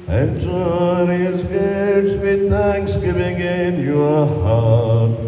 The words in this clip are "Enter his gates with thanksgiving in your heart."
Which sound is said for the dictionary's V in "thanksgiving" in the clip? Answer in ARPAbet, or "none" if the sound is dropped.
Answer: V